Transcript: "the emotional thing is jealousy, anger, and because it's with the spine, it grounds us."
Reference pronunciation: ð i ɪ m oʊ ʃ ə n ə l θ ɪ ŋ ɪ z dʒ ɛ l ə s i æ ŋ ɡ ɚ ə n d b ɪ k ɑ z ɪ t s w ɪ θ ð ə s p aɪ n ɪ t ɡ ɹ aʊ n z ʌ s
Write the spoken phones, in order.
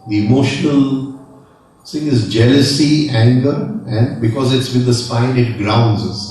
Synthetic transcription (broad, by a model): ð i ɪ m oʊ ʃ ə n ə l s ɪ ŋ ɪ z dʒ ɛ l ə s i æ ŋ ɡ ɚ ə n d b ɪ k ɑ z ɪ t s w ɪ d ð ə s p aɪ n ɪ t ɡ ɹ aʊ n z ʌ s